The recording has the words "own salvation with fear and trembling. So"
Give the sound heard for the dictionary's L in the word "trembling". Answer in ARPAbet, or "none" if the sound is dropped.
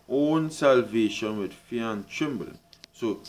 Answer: none